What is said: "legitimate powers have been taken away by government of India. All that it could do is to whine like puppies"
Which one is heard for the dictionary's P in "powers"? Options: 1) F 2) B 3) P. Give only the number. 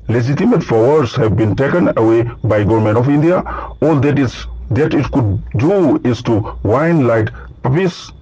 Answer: 1